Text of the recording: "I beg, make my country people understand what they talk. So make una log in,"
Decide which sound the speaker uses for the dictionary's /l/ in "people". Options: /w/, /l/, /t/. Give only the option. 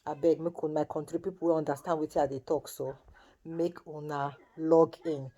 /w/